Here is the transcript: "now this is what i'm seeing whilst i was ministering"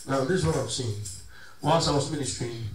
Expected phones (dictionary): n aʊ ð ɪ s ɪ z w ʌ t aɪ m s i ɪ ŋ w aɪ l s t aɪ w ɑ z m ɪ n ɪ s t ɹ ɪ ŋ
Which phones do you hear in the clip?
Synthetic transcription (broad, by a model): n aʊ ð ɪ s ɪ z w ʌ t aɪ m s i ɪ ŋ w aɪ n s aɪ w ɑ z m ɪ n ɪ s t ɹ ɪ